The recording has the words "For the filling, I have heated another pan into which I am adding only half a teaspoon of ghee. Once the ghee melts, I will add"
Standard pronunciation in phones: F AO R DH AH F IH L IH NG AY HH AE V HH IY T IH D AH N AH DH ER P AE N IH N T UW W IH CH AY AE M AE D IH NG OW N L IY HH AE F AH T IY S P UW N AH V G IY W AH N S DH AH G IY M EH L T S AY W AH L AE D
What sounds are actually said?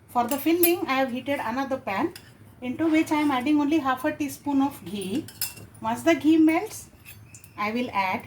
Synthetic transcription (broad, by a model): F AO R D AH F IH L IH NG AY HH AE V HH IY T IH D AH N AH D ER P AE N IH N T UW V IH CH AY M AE D IH NG OW N L IY HH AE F AH T IY S P UW N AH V G IY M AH S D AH G IY M EH L T S AY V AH L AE D